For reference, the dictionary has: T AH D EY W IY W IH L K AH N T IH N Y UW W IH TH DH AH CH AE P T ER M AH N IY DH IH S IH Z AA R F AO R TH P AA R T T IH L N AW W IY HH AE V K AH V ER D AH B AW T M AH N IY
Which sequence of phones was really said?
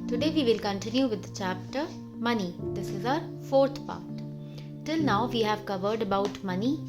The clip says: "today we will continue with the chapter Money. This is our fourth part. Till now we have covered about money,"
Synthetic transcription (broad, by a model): T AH D EY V IY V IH L K AH N T IH N Y UW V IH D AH CH AE P T ER M AH N IY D IH S IH Z AA R F AO R T P AA R T T IH L N AW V IY HH AE V K AH V ER D AH B AW T M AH N IY